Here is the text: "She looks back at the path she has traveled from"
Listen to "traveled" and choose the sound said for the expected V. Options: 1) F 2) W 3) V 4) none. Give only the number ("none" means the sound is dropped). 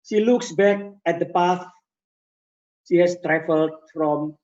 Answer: 1